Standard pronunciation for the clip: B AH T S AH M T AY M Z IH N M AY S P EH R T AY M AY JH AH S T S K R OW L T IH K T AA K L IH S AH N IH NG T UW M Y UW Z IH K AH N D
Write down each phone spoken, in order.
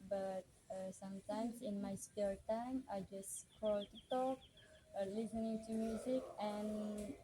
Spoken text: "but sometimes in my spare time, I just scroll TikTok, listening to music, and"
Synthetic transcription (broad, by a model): B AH T S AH M T AY M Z IH N M AY S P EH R T AY M AY JH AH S S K OW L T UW T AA K L IH S AH N IH NG T UW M Y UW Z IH K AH N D